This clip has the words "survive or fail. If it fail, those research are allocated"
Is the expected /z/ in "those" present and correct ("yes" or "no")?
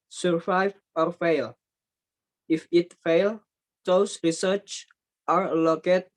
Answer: no